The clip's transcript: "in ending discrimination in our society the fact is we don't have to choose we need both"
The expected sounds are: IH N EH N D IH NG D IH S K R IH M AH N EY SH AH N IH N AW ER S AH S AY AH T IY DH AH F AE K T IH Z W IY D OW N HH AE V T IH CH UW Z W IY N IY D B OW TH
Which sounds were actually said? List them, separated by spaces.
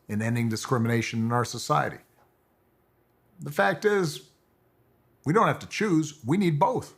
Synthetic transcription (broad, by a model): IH N EH N D IH NG D IH S K R IH M AH N EY SH AH N IH N AW ER S AH S AY AH T IY DH AH F AE K T IH Z W IY D OW N HH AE F T IH CH UW Z W IY N IY D B OW TH